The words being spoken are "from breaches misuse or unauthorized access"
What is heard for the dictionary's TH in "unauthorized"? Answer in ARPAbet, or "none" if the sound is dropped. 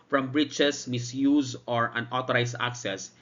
T